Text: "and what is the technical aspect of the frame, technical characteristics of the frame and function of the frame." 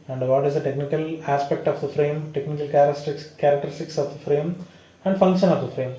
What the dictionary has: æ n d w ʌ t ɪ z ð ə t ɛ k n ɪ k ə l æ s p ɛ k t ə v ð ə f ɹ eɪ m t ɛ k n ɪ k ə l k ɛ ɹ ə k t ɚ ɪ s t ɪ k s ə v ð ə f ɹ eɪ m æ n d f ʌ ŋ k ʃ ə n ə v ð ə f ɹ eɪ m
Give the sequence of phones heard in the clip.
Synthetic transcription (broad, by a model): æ n d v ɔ t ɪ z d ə t ɛ k n ɪ k ə l æ s p ɛ k t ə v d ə f ɹ eɪ m t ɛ k n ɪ k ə l k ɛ ɹ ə k t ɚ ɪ s t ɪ k s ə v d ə f ɹ eɪ m æ n d f ʌ ŋ k ʃ ə n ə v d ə f ɹ eɪ m